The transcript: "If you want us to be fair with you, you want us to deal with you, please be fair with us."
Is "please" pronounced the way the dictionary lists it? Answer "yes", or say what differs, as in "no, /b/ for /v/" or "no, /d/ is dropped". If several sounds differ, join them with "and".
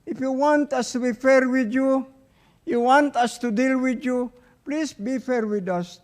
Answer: no, /s/ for /z/